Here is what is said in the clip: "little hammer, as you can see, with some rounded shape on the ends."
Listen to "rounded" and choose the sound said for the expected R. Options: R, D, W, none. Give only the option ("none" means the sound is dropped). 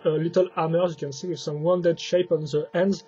W